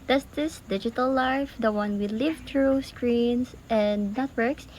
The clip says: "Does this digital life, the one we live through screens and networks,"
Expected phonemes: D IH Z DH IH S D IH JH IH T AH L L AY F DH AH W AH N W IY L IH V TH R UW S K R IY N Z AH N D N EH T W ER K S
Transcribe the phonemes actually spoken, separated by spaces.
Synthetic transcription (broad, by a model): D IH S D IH S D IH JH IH T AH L L AY F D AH W AH N W IY L IH V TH R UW S K R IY N S AH N D N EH T W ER K S